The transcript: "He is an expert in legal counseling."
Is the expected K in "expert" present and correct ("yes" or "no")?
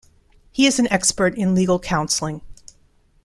yes